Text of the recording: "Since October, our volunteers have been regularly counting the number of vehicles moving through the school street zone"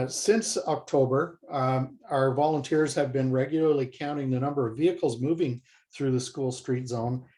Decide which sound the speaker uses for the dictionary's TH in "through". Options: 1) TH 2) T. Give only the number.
1